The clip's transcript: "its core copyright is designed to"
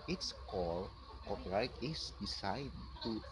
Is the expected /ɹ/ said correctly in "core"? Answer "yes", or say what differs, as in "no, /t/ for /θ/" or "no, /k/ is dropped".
no, /l/ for /ɹ/